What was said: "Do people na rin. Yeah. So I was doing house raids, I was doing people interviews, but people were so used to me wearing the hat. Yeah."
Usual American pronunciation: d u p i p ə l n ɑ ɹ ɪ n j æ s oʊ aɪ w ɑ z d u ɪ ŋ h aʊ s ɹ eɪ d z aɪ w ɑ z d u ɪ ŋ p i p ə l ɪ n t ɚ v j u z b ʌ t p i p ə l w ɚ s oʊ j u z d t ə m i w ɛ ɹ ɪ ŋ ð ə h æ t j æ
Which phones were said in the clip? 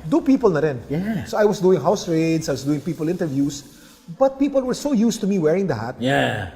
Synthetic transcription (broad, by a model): d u p i p ə l n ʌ ɹ ɪ n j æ s oʊ aɪ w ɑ s d u ɪ ŋ h aʊ s ɹ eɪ d s aɪ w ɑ s d u ɪ ŋ p i p ə l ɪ n t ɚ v j u s b ʌ t p i p ə l w ɚ s oʊ j u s t ə m i w ɛ ɹ ɪ ŋ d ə h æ t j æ